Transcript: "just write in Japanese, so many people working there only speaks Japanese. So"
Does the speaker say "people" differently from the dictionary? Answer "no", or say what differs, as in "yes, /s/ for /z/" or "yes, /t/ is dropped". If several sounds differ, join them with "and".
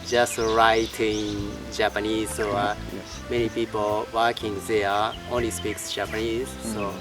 no